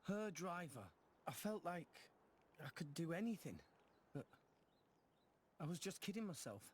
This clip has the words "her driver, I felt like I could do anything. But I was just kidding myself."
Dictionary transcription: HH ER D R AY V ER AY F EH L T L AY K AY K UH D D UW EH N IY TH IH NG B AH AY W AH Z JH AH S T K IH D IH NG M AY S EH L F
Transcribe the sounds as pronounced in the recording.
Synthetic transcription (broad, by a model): HH ER D R AY V ER AY F EH L T L AY K AY K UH D D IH EH N IY TH IH NG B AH AY W AH Z JH AH S K IH D IH NG M AY S EH L F